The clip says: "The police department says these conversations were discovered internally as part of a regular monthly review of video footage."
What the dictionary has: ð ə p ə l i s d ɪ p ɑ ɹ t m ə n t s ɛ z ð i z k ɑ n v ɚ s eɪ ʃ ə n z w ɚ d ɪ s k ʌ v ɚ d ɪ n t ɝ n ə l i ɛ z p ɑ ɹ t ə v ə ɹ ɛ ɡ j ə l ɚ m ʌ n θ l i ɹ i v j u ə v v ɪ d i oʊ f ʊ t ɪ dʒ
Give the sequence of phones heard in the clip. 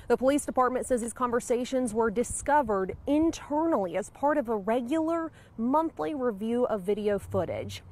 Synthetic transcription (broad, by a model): ð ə p ə l i s d ɪ p ɑ ɹ t m ə n t s ɛ z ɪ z k ɑ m v ɚ s eɪ ʃ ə n z w ɚ d ɪ s k ʌ v ɚ d ɪ n t ɝ n l i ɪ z p ɑ ɹ t ə v ə ɹ ɛ ɡ j l ɚ m ʌ n θ l i ɹ i v j u ə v v ɪ d i oʊ f ʊ t ɪ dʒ